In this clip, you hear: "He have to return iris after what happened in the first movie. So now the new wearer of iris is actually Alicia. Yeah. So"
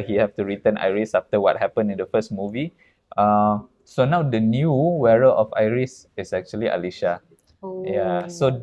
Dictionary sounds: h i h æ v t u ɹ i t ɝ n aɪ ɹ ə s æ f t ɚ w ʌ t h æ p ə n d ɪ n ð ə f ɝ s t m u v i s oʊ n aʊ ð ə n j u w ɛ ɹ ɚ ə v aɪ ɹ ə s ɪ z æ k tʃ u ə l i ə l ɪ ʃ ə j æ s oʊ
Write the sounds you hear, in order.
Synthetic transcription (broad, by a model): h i h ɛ f t u ɹ i t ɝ n aɪ ɹ ə s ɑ f t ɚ w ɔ t h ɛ p ə n ɪ n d ə f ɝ s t m u v i s oʊ n aʊ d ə n j u w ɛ ɹ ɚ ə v aɪ ɹ ə s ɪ s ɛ k tʃ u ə l i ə l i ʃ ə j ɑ s oʊ